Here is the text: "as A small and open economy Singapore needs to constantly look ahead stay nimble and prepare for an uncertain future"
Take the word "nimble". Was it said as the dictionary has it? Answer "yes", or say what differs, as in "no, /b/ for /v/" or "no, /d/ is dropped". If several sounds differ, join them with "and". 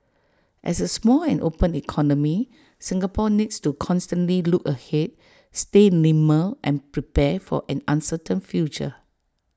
no, /b/ is dropped